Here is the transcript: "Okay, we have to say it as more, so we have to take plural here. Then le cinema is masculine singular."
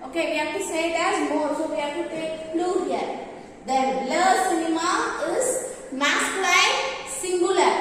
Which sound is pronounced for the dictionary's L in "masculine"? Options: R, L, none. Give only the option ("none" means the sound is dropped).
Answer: none